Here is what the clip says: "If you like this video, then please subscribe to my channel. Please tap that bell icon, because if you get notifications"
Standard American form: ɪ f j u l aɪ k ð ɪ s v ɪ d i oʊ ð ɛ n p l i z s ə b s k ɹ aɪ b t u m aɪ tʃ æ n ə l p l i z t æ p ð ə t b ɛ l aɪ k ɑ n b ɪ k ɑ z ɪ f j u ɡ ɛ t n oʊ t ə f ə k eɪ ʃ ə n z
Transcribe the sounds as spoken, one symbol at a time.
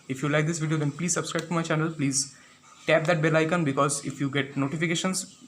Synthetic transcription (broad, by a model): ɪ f j u l aɪ k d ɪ s v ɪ d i oʊ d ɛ n p l i z s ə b s k ɹ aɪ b t u m aɪ tʃ æ n ə l p l i z t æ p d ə t b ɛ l aɪ k ɑ n b ɪ k ɑ z ɪ f j u ɡ ɛ t n oʊ t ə f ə k eɪ ʃ ə n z